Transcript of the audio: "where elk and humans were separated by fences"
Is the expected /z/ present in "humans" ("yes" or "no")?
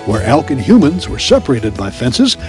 yes